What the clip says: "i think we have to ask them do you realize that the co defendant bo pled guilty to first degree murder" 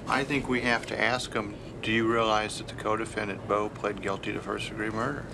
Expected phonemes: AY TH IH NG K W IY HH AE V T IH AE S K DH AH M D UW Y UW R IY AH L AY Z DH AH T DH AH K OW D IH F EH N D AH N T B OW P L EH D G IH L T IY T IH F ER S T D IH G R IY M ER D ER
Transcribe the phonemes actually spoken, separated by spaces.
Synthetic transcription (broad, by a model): AY TH IH NG K W IY HH AE F T IH AE S K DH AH M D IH Y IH R IY AH L AY Z DH AH T DH AH K OW D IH F EH N D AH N B OW P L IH D G IH L T IY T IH F ER S D IH G R IY M ER D ER